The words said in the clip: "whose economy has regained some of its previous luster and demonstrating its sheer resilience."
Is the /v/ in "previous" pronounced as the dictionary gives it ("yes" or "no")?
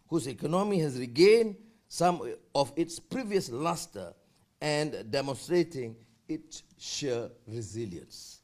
yes